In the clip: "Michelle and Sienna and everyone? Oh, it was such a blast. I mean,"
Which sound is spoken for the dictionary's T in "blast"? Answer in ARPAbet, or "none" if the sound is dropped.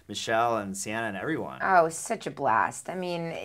T